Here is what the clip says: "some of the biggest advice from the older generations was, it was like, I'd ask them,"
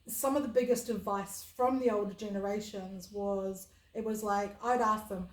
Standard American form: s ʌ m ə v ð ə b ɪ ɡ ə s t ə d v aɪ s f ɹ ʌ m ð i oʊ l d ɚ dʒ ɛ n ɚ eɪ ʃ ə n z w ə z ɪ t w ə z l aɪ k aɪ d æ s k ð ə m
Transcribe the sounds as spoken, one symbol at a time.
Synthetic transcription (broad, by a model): s ʌ m ə v ð ə b ɪ ɡ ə s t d v aɪ s f ɹ ʌ m ð i oʊ l d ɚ dʒ ɛ n ɚ eɪ ʃ ə n z w ə z ɪ t w ə z l aɪ k aɪ d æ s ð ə m